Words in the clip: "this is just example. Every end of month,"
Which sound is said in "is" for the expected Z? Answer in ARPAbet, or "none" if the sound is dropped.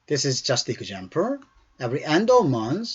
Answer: Z